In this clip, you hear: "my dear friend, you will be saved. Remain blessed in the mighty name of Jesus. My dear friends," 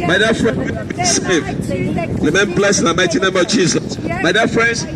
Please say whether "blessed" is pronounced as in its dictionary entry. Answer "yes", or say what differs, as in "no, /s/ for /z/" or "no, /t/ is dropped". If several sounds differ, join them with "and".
no, /t/ is dropped